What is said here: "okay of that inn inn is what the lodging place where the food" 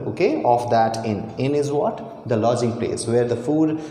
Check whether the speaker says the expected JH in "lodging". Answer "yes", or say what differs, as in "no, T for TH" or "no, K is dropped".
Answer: yes